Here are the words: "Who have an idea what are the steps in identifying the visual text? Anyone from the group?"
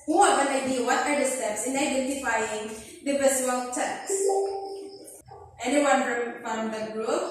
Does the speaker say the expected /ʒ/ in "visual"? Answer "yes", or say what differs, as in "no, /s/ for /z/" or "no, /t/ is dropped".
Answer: no, /s/ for /ʒ/